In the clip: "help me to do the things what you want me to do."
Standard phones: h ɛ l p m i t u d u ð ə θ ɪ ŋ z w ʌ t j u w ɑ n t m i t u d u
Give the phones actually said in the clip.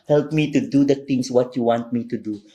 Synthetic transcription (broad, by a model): h ɛ l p m i t u d u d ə t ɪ ŋ s w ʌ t j u w ɑ n t m i t u d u